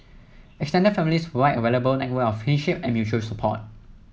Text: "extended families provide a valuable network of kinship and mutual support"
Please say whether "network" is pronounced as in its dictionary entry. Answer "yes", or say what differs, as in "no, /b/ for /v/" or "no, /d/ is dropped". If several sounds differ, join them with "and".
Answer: no, /k/ is dropped